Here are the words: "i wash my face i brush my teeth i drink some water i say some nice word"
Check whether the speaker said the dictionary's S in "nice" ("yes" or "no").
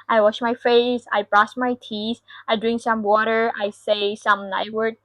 no